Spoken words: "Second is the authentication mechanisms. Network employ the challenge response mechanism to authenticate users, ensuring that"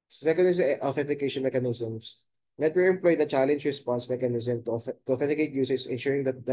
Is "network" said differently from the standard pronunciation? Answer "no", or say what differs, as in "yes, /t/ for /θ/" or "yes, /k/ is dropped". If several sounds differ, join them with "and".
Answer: yes, /k/ is dropped